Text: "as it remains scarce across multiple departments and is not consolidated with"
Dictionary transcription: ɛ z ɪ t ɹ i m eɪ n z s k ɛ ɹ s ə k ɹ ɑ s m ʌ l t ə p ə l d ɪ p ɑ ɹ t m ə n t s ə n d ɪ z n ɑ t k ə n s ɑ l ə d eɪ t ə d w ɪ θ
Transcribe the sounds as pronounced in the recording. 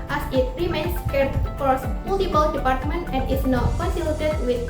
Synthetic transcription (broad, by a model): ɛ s ɪ t ɹ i m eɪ n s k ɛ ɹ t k ɑ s m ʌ l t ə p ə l d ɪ p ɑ ɹ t m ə n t ə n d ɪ s n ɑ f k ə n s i l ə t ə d w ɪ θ